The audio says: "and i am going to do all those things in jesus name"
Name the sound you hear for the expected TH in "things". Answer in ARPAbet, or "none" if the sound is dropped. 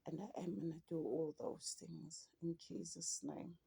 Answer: TH